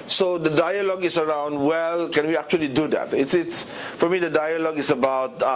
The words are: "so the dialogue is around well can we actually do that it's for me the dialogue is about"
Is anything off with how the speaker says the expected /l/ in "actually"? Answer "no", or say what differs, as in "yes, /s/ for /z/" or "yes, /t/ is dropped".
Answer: no